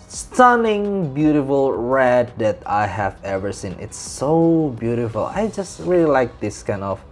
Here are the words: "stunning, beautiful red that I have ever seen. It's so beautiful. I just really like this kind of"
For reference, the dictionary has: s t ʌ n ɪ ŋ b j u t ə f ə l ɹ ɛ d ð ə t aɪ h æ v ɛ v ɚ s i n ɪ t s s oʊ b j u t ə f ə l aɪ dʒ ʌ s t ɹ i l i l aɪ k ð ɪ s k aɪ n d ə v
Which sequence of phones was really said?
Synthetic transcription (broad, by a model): s t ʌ n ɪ ŋ b j u t ə f ə l ɹ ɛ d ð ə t aɪ h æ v ɛ v ɚ s i n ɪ t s s oʊ b j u t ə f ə l aɪ dʒ ʌ s t ɹ i l i l aɪ k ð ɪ s k aɪ n d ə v